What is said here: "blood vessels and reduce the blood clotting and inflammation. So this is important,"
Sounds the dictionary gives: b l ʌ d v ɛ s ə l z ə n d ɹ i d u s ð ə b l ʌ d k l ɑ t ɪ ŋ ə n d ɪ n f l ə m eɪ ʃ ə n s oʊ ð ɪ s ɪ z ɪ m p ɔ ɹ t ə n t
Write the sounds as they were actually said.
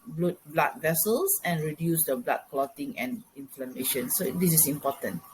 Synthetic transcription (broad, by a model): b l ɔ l v ɛ s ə l s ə n ɹ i d u s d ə b l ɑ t k l ɑ t ɪ ŋ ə n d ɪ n f l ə m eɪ ʃ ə n s oʊ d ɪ s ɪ s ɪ m p ɔ t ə n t